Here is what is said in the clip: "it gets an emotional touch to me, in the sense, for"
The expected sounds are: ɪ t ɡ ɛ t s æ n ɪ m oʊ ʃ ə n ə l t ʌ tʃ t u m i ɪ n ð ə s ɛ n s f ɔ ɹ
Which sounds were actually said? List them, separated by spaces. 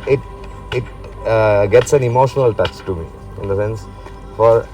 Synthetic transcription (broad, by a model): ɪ t ɡ ɛ t s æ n ɪ m oʊ ʃ ə n ə l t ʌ s t u m i ɪ n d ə s ɛ n s f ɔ ɹ